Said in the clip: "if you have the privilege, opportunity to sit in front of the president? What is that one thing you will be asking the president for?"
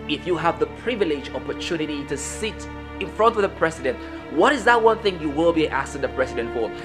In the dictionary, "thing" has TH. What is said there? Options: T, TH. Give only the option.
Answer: TH